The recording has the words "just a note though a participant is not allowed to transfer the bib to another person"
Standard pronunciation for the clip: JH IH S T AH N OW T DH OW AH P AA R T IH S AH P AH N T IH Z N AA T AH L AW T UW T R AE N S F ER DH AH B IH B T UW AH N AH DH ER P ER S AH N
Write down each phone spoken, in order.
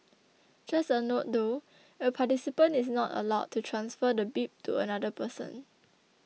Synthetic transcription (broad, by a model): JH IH S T AH N OW T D OW AH P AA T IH S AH P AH N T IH S N AA T AH L AW T UW T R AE N S F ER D AH B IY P T UW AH N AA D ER P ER S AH N